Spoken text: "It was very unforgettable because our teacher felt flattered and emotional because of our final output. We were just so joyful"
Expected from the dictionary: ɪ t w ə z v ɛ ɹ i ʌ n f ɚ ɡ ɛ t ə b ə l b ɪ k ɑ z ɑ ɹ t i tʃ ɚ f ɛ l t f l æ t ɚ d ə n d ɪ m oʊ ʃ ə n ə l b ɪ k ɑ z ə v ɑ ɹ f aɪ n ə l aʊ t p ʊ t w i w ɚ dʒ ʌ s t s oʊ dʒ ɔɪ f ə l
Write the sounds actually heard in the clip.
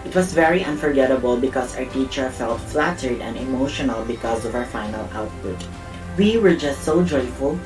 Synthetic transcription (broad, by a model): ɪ t w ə s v ɛ ɹ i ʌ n f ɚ ɡ ɛ t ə b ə l b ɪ k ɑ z ɑ ɹ t i tʃ ɚ f ɛ l t f l æ t ɚ d ə n d ɪ m oʊ ʃ ə n ə l b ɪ k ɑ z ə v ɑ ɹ f aɪ n ə l aʊ t p ʊ t w i w ɚ dʒ ʌ s t s oʊ dʒ ɔɪ f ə l